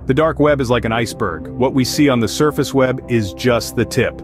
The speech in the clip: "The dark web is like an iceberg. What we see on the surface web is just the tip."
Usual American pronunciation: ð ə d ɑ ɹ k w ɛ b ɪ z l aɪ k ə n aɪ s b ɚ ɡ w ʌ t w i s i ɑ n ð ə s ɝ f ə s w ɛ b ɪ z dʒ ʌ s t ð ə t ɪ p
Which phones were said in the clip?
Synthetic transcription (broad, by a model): ð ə d ɑ ɹ k w ɛ b ɪ z l aɪ k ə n aɪ s b ɚ ɡ w ʌ t w i s i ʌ n ð ə s ɝ f ə s w ɛ b ɪ z dʒ ʌ s t ð ə t ɪ p